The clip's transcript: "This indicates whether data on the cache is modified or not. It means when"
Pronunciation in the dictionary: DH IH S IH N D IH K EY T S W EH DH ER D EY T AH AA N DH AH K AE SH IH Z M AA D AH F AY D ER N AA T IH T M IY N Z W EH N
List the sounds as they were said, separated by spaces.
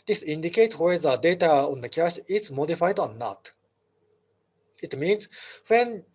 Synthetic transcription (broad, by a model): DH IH S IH N D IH K EY T W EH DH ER D EY T AH AA N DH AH K AE SH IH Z M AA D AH F AY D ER N AA T IH T M IY N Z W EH N